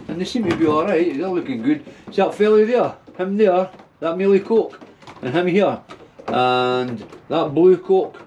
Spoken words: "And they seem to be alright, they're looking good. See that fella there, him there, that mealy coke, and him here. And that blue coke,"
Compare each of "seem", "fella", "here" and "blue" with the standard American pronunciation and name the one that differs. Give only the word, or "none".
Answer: none